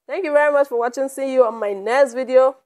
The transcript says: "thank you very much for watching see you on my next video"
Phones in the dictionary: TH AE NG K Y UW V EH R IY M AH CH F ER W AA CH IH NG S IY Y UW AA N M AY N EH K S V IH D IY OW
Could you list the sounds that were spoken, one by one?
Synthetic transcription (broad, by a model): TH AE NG K Y UW V EH R IY M AH CH F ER W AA CH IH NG S IY Y UW AA N M AY N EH S V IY D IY OW